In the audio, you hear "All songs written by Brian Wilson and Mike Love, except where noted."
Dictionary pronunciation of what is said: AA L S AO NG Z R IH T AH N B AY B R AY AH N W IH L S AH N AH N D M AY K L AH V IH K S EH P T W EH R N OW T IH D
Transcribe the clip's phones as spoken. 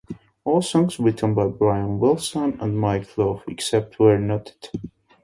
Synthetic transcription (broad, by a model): AA L S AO NG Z W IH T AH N B AY B R AY AH N W IH L S AH N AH N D M AY K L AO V IH K S EH P T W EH R N OW T IH D